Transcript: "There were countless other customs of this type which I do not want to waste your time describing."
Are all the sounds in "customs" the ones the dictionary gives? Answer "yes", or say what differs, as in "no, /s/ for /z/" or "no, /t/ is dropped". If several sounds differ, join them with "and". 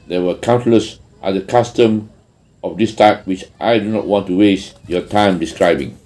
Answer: no, /z/ is dropped